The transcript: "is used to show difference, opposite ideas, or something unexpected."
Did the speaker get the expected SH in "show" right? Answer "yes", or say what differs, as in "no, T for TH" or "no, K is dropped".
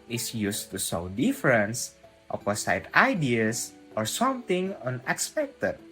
no, S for SH